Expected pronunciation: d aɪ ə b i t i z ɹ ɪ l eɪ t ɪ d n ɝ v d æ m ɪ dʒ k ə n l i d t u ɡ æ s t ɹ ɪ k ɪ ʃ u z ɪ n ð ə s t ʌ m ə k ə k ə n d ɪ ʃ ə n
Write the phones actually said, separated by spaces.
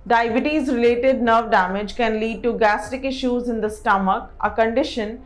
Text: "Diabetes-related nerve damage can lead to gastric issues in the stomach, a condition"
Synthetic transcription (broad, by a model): d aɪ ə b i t i z ɹ ɪ l eɪ t ɪ d n ɝ v d æ m ɪ dʒ k ə n l i d t u ɡ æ s t ɪ k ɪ ʃ u z ɪ n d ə s t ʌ m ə k ə k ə n d ɪ ʃ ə n